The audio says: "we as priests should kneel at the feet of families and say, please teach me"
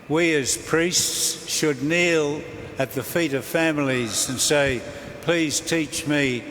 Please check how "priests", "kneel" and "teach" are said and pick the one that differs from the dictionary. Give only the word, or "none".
none